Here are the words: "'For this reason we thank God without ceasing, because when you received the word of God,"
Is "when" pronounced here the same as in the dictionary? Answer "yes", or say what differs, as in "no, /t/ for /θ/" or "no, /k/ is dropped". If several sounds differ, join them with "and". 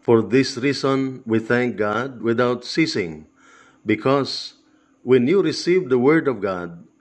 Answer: yes